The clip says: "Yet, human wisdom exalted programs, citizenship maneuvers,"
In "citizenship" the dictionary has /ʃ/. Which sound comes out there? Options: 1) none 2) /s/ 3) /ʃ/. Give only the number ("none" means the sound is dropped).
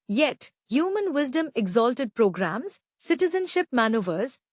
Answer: 3